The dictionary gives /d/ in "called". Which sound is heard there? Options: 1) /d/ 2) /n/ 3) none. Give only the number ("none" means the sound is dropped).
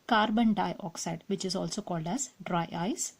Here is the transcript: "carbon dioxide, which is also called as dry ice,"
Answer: 1